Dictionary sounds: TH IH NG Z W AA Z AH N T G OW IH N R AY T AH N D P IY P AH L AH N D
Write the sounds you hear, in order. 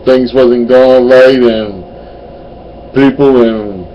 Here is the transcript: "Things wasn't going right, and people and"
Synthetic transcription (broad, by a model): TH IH NG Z W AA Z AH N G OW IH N L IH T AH N P IY P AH L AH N